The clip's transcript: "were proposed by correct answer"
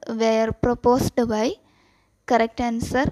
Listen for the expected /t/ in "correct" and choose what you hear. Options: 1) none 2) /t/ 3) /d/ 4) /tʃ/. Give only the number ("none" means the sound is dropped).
2